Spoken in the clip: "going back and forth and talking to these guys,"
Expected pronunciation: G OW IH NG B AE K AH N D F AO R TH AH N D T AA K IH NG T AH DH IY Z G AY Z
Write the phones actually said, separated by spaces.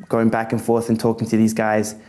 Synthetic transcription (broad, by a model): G OW IH NG B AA K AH N F AO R TH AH N T AA K IH NG T AH DH IY Z G AY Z